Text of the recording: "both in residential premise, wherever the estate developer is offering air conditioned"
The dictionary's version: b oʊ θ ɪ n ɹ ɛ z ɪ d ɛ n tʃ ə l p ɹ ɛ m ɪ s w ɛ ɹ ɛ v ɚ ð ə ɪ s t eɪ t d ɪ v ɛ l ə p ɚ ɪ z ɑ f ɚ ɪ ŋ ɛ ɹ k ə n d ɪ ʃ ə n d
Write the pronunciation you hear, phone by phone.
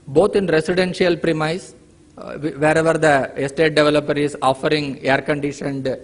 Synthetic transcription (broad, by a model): b oʊ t ɪ n ɹ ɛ s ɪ d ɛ n ʃ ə l p ɹ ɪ m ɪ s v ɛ ɹ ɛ v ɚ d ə ɪ s t eɪ t d ɪ v ɛ l ə p ɚ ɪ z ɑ f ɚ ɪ ŋ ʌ ɹ k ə n d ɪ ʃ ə n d